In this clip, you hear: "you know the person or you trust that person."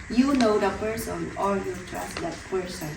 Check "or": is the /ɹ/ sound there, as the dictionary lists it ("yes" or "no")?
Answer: no